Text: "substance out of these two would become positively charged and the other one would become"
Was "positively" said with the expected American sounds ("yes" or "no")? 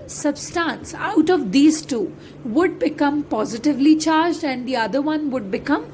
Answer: yes